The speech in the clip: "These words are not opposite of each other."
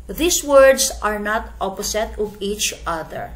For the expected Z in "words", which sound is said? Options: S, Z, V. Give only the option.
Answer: S